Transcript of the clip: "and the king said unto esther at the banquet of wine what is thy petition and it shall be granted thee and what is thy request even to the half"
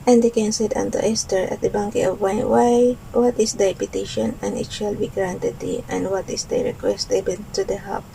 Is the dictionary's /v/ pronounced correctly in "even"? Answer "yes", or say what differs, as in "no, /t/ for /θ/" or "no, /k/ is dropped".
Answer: no, /b/ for /v/